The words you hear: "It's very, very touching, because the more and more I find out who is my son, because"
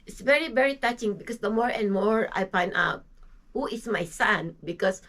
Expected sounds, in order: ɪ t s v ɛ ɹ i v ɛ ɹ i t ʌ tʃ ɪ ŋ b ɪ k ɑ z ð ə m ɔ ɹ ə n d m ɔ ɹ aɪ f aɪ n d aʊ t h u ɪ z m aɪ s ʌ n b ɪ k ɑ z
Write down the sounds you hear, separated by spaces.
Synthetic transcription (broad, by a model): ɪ t s v ɛ ɹ i v ɛ ɹ i t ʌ tʃ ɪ ŋ b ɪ k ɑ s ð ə m ɔ ɹ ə n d m ɔ ɹ aɪ p aɪ n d aʊ t h u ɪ s m aɪ s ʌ n b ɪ k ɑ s